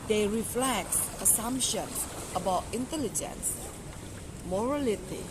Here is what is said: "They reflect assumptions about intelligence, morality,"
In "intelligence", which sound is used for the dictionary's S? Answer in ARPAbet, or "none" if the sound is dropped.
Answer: S